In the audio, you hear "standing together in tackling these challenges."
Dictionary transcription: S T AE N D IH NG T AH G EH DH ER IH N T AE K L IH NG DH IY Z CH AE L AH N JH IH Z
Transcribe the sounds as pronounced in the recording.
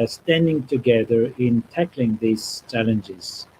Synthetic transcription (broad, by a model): S T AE N D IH NG T AH G EH DH ER IH N T AE K L IH NG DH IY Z CH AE L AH N JH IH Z